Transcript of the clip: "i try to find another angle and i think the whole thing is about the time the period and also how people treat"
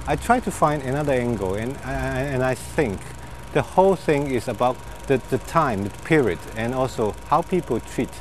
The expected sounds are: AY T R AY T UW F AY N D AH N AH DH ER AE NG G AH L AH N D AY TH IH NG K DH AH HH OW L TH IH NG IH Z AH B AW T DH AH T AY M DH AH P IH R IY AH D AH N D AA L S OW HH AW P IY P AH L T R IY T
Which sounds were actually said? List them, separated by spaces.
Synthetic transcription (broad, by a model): AY T R AY T UW F AY N D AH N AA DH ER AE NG G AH N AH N AY TH IH NG K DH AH HH OW L TH IH NG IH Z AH B AW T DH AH T AY M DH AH P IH R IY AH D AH N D AA L S OW HH AW P IY P AH L T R IY T